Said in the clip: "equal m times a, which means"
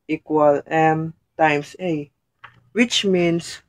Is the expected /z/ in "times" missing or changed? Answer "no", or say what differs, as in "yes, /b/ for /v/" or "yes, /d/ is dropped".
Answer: yes, /s/ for /z/